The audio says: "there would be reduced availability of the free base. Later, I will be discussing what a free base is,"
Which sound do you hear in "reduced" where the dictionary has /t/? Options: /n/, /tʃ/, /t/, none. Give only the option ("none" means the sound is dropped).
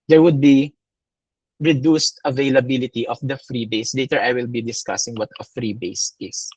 /t/